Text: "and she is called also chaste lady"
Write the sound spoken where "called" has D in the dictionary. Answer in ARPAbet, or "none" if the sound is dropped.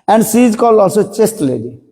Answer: none